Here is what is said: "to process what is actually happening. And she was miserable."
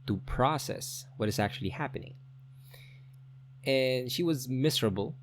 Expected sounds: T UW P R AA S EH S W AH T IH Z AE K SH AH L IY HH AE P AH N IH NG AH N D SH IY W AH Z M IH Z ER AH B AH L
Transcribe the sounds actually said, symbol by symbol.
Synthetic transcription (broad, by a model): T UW P R AA S EH S W AH T IH Z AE K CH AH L IY HH AE P AH N IH NG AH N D SH IY W AH Z M IH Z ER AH B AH L